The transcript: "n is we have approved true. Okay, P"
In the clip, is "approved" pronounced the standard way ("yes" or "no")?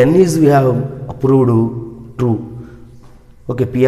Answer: no